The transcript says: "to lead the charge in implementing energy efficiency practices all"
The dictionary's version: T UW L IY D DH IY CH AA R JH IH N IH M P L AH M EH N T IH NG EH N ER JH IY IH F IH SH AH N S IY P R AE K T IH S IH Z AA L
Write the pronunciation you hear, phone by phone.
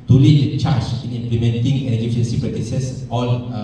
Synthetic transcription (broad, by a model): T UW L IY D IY CH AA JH IH N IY M P L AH M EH N T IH NG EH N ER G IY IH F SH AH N S IY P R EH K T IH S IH S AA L